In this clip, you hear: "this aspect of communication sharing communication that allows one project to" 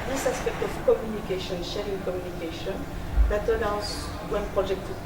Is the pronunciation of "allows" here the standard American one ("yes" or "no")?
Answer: no